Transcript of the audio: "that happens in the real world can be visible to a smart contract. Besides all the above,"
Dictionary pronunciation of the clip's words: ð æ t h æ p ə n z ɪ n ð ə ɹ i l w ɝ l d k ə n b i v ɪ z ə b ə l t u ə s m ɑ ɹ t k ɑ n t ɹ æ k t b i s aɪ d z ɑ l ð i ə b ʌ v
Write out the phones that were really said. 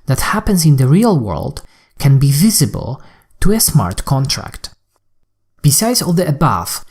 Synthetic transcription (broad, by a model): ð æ t h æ p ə n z ɪ n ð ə ɹ i l w ɝ l d k ə n b i v ɪ z ə b ə l t u ə s m ɑ ɹ t k ɑ n t ɹ æ k t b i s aɪ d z ɑ l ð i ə b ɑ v